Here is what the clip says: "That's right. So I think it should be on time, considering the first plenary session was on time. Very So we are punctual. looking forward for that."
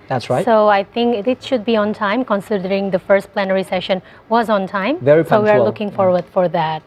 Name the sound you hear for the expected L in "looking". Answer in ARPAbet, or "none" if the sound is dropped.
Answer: L